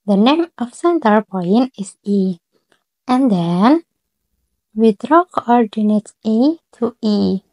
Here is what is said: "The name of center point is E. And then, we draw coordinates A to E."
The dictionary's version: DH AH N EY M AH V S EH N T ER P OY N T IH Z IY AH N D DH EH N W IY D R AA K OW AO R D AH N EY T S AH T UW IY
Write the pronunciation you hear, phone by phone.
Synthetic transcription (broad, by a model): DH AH N EY M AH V S EH N T ER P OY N IH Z IY AH N D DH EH N W IY D R AA K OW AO R D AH N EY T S AH T UW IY